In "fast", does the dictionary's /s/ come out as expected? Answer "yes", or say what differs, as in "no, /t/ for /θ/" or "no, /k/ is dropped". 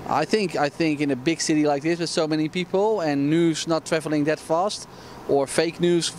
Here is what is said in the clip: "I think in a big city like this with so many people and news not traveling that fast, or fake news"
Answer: yes